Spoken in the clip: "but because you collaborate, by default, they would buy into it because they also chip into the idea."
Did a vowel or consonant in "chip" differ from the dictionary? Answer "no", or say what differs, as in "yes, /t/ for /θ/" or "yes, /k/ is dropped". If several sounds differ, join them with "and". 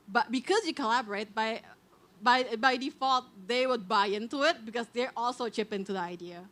no